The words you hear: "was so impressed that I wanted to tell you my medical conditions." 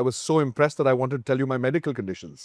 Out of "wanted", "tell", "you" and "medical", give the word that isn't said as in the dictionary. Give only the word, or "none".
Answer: none